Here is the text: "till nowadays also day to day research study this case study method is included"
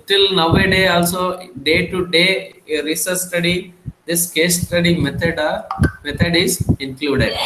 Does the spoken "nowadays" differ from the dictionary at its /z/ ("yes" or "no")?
yes